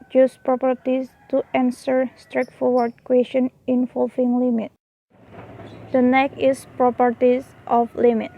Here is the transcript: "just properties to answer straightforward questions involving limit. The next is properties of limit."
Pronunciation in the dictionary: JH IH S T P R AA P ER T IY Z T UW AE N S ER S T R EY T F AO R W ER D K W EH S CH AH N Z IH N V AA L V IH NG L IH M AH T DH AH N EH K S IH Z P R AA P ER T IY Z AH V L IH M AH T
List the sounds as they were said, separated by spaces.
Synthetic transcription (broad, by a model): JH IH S P R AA P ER T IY S T UW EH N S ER S T R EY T F AO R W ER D K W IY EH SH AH N IH N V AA L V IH NG L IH M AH T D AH N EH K IH S P R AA P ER T IY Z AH F L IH M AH T